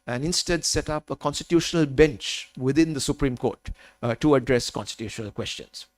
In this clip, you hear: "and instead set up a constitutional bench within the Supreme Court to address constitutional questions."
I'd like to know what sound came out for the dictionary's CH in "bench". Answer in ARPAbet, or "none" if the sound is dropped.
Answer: CH